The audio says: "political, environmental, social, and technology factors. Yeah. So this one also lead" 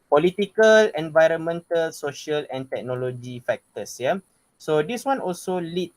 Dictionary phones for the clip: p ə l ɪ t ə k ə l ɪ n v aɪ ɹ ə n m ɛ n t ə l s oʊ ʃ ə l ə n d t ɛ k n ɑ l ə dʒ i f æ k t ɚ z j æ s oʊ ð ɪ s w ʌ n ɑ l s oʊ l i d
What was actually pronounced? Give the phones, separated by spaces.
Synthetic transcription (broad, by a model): p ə l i t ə k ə l ɪ n v aɪ ɹ ə n m ɛ n t ə l s oʊ ʃ ə l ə n t ɛ k n ɑ l ə dʒ i f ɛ k t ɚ s j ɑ s oʊ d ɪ s w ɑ n ɑ l s oʊ l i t